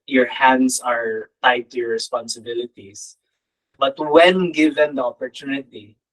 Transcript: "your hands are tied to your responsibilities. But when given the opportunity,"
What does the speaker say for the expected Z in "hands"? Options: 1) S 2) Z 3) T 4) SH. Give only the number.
1